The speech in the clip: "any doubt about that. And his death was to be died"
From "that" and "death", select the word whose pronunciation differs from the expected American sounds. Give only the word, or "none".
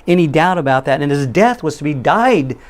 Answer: none